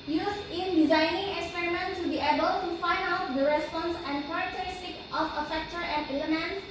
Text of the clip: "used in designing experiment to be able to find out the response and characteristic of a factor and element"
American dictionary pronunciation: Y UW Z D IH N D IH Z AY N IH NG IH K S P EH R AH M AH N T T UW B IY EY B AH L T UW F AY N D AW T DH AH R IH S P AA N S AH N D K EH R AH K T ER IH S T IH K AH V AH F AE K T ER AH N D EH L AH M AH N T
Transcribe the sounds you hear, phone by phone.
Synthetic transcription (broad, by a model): Y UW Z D IH N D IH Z AY N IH NG IH K S P EH R AH M AH N T T UW B IY EY B AH L T UW F AY N D AW T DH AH R IH S P AA N S AH N D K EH R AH K T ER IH S T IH K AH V AH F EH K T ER AH N D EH L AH M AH N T